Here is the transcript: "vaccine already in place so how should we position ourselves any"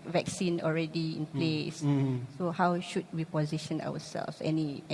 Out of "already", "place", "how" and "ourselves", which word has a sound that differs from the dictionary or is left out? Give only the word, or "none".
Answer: ourselves